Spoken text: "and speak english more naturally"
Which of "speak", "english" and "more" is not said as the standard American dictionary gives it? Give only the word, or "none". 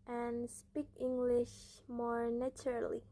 none